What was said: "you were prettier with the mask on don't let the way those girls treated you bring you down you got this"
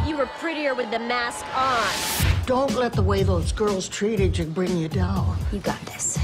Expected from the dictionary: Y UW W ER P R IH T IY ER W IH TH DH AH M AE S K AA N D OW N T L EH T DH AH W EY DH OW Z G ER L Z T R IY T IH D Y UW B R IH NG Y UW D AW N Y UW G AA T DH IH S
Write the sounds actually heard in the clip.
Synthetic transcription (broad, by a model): Y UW W ER P R IH T IY ER W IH DH AH M AE S K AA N D OW N T L EH T DH AH W EY DH OW Z G ER L Z T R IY T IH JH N B R IH NG Y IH D AW N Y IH G AA T DH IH S